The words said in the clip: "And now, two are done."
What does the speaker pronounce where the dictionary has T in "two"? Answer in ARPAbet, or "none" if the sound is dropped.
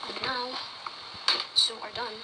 S